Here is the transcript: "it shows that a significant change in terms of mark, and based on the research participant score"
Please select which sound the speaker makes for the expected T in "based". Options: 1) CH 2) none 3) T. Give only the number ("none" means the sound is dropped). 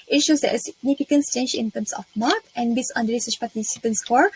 2